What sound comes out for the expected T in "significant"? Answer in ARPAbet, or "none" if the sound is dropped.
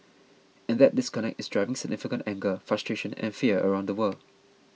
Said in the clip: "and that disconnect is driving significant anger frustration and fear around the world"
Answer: T